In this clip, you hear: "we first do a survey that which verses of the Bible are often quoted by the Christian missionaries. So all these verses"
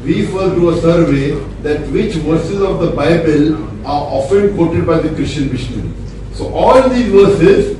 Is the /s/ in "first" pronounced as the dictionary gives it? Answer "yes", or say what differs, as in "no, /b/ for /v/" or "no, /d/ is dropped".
no, /s/ is dropped